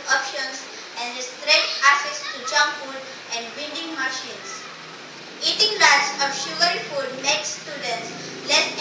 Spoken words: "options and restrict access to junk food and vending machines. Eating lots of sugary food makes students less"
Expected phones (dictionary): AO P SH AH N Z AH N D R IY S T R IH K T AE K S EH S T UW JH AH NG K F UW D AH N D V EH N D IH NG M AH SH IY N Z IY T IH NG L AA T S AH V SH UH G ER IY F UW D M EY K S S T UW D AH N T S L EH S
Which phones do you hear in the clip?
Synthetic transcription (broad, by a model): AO P SH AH N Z AH N D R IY S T R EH T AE S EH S T UW JH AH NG F UW D AH N D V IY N D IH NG M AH SH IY N S IY T IH NG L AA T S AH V SH UH G ER IY F UW D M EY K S S T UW D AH N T S L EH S